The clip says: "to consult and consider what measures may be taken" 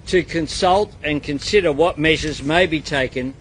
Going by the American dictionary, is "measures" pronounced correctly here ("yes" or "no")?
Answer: yes